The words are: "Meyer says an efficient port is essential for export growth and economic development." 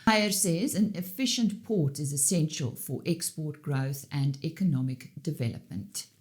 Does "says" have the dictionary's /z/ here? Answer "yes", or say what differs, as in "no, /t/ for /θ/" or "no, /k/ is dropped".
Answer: yes